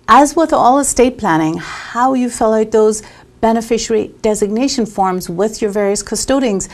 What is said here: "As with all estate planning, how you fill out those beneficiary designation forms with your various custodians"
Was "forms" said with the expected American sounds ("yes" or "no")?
yes